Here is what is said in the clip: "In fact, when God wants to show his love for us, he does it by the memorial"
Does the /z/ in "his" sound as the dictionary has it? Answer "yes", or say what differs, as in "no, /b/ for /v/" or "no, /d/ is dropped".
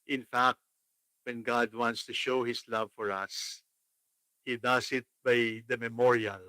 no, /s/ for /z/